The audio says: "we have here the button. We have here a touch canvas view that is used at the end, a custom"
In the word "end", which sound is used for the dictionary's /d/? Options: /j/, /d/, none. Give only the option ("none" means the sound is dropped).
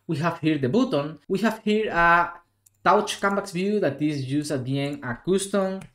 none